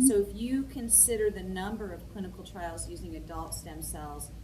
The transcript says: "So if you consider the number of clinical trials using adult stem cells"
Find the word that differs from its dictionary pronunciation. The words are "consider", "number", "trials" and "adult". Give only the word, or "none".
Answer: none